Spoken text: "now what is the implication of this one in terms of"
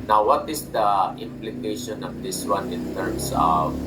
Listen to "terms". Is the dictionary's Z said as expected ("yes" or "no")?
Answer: no